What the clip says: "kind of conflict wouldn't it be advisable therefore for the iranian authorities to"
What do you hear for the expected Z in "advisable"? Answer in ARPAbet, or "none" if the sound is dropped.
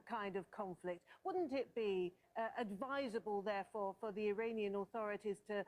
Z